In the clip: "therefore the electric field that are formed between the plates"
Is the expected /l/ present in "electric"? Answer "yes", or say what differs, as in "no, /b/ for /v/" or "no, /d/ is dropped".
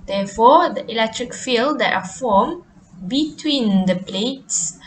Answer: yes